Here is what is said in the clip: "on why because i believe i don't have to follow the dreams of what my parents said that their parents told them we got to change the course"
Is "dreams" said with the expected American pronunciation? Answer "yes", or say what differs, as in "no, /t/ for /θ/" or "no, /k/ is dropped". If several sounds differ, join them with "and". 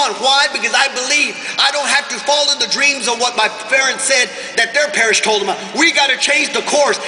yes